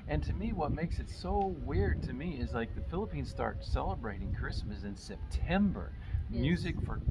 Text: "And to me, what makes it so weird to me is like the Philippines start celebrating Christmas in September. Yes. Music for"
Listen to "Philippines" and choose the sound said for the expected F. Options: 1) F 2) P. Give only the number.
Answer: 1